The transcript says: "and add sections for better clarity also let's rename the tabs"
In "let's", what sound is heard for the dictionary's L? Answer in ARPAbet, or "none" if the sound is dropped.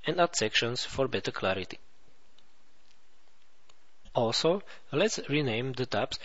L